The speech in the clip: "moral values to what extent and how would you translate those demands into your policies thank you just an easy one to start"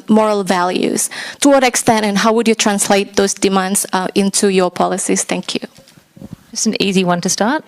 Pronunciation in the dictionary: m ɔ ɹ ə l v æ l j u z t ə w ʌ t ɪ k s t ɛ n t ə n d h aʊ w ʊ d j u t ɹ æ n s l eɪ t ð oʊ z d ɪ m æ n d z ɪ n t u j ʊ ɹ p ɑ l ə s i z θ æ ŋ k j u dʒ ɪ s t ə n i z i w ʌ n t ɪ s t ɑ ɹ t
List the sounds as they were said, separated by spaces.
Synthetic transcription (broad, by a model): m ɔ ɹ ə l v æ l j u z t ə w ʌ t ɪ k s t ɛ n t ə n h aʊ w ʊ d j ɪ t ɹ æ n s l eɪ t ð oʊ z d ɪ m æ n d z ɪ n t u j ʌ ɹ p ɑ l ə s i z θ æ ŋ k j u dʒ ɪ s n i z i w ʌ n t ɪ s t ɑ ɹ t